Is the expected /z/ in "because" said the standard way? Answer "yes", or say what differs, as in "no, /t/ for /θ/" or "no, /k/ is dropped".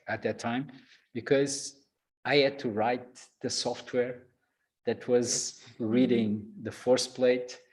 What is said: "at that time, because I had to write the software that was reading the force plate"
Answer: yes